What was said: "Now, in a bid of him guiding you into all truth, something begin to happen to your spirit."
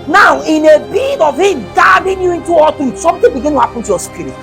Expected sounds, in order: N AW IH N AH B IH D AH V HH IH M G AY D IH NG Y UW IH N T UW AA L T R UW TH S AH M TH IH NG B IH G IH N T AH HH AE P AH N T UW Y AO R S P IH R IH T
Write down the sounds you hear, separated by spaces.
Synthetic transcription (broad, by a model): N AW IH N AH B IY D AH V HH IH M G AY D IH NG Y UW IH N T UW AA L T IH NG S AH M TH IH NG B IH G IH N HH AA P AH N T UW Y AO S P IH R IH